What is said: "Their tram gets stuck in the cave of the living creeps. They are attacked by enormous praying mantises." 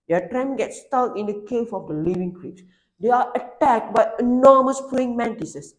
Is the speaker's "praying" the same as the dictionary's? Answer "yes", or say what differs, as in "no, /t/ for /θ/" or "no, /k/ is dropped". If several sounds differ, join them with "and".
no, /ɹ/ is dropped